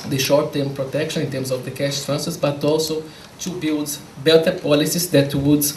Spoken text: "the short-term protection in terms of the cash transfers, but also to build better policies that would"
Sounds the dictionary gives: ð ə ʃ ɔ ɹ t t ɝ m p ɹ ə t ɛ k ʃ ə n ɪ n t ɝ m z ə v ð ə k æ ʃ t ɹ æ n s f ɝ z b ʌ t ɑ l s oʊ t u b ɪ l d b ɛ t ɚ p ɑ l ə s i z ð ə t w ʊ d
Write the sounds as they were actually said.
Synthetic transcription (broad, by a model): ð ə ʃ ɔ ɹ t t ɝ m p ɹ ə t ɛ k ʃ ə n ɪ n t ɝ m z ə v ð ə k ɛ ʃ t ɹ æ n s ɝ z b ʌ t ɑ l s oʊ t u b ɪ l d b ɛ t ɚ p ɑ l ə s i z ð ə t w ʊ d